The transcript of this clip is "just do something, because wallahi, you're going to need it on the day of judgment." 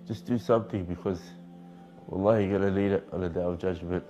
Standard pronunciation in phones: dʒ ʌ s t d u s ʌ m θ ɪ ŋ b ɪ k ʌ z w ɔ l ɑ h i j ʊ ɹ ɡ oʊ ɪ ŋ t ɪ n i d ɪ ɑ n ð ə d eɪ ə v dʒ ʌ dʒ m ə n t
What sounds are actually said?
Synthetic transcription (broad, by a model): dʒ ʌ s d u s ʌ m θ ɪ ŋ b ɪ k ʌ z w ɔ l ɑ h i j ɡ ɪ t ɪ l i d ɪ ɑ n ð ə d eɪ ə v dʒ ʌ dʒ m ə n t